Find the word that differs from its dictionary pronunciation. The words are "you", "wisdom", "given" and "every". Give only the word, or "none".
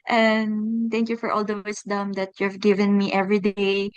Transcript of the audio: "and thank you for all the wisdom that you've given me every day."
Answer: wisdom